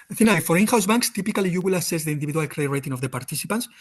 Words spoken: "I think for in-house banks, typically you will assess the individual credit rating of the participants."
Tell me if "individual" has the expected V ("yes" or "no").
no